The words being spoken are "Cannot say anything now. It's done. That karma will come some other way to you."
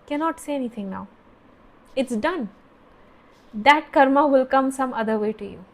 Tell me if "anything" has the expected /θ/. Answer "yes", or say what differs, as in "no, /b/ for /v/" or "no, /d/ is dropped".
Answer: no, /t/ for /θ/